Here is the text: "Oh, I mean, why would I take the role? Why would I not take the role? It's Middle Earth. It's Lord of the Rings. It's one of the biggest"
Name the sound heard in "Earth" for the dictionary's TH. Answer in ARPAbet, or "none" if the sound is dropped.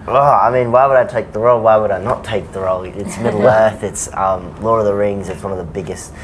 TH